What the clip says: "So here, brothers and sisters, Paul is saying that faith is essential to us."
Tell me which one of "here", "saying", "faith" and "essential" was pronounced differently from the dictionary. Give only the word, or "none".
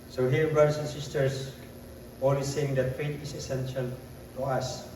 faith